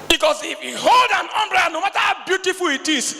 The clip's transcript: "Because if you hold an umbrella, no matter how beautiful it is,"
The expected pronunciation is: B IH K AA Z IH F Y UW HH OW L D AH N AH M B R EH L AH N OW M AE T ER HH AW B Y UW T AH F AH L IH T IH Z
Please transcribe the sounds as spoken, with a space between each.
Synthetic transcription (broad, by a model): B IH K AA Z IH F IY HH OW L D AH N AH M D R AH N OW M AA T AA HH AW B Y UW T AH F AH L IH T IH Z